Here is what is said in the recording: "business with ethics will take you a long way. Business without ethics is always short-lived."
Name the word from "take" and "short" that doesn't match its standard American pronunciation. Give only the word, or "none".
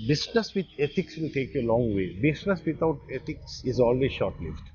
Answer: none